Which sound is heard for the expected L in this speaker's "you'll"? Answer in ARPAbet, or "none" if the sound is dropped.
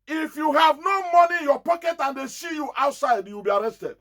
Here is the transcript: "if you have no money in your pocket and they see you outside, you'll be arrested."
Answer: W